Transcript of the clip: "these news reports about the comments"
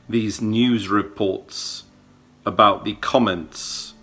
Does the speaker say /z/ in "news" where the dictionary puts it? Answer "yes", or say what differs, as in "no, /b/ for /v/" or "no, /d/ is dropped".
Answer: yes